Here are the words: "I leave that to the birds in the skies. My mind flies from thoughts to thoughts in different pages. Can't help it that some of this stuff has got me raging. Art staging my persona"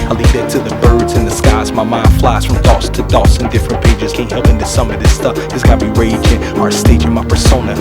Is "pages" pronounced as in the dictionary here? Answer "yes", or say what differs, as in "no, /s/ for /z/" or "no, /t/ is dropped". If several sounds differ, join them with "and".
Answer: yes